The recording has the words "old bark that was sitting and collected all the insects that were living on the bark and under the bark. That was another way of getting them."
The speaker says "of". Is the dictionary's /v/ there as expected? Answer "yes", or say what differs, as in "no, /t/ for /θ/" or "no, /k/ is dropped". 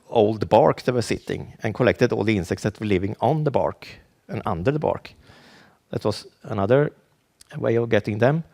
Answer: yes